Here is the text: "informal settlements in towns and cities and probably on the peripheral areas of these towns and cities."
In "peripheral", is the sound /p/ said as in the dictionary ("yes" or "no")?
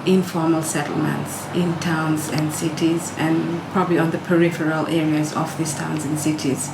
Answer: yes